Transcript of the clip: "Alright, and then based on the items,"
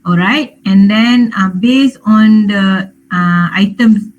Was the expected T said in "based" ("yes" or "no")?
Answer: no